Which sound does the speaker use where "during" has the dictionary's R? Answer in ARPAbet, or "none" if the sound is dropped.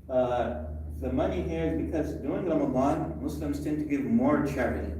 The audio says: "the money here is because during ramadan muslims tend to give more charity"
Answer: none